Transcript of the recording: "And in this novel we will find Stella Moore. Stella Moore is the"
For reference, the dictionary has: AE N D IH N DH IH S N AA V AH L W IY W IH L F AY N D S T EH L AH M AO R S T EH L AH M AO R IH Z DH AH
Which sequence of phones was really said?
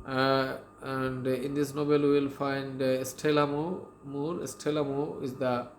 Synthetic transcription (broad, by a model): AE N D IH N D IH S N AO B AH L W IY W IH L F AY N D S T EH L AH M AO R S T EH L AH M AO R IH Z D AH